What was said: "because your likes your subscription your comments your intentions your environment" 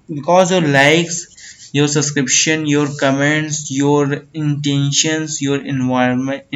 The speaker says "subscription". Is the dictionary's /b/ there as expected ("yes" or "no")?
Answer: no